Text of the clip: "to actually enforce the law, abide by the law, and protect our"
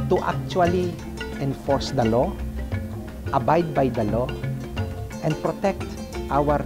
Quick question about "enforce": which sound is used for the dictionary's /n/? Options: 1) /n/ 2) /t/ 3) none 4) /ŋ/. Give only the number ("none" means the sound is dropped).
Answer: 1